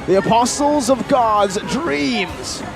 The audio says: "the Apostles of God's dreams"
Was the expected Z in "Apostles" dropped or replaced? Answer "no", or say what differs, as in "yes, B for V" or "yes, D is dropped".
no